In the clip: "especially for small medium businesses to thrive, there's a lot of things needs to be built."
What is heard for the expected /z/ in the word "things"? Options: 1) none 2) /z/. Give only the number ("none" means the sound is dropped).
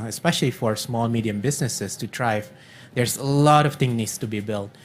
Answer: 1